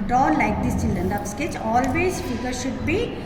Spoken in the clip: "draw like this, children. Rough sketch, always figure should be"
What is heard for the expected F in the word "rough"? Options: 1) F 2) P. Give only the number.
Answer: 2